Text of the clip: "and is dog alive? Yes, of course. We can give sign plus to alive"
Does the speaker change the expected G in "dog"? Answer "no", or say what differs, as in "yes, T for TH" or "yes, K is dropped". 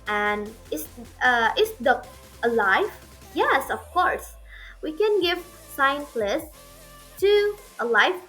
yes, G is dropped